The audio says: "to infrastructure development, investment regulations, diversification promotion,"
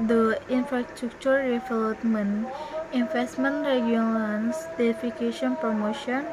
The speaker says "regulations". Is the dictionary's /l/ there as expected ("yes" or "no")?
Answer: no